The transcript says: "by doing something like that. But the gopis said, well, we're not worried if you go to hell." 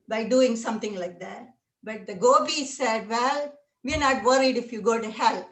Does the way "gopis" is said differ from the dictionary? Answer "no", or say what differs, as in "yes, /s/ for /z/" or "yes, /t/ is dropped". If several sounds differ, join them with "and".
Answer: yes, /b/ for /p/